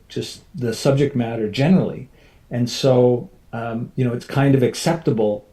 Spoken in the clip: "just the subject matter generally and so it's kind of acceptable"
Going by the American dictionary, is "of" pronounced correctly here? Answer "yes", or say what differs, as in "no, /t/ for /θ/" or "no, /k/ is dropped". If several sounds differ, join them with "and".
yes